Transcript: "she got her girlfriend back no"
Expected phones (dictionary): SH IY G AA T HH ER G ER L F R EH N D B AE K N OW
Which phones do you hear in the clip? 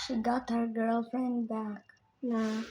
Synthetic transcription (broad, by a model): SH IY G AA T HH ER G ER L F R EH N D B AE K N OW